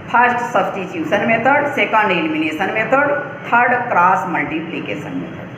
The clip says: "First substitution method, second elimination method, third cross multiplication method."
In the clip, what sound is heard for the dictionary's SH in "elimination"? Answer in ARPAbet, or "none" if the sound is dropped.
S